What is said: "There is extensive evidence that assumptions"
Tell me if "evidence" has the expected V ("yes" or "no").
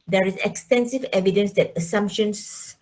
yes